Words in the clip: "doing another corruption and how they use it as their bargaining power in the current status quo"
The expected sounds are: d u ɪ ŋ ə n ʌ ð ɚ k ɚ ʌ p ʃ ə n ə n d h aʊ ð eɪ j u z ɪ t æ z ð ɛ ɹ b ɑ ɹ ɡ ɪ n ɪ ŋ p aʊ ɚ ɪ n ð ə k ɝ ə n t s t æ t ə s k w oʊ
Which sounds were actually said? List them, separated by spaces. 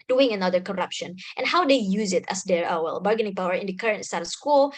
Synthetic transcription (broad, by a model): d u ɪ ŋ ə n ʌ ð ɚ k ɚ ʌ p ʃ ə n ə n h aʊ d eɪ j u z ɪ t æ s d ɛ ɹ b ɑ ɹ ɡ ɪ n ɪ ŋ p aʊ ɚ ɪ n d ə k ɝ ə n t s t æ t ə s k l